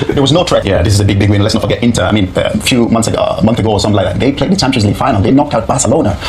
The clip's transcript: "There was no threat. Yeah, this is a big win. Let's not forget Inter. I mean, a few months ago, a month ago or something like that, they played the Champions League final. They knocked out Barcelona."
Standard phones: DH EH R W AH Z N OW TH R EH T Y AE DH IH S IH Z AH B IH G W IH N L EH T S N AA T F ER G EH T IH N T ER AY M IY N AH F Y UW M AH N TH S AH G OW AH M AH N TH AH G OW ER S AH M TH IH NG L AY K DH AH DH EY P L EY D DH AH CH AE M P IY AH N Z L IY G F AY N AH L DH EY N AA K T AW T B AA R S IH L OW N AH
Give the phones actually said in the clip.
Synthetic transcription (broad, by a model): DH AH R W AH Z N OW T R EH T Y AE DH IH S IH Z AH B IH G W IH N L EH T S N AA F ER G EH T IH N T ER AY M IY N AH F Y UW M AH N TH S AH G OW AH M AH N TH AH G OW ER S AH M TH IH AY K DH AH DH EY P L EY D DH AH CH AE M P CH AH Z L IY F AY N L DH EY N AA K T AW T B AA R S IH L OW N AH